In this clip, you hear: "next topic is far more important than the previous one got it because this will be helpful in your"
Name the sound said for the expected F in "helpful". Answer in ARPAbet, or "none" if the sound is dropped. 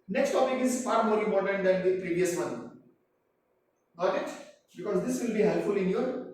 F